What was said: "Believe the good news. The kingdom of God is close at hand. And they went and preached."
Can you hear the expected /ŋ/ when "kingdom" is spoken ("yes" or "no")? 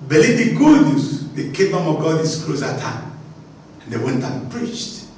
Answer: no